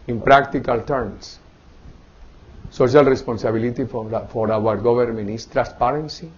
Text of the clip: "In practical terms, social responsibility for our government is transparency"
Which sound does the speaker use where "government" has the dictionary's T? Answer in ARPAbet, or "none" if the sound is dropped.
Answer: none